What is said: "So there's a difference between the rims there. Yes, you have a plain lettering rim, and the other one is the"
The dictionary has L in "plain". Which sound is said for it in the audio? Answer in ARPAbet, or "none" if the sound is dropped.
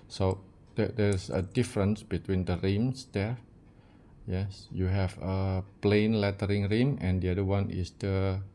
L